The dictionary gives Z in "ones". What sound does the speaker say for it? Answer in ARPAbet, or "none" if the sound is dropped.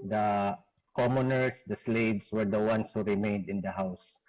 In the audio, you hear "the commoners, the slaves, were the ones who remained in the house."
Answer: S